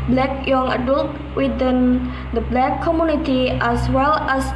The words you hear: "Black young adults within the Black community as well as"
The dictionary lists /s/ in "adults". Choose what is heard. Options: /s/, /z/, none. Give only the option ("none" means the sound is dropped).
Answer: none